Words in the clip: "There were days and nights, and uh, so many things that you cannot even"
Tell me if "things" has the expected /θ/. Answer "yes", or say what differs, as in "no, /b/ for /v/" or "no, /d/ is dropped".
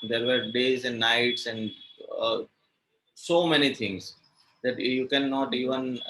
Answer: no, /t/ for /θ/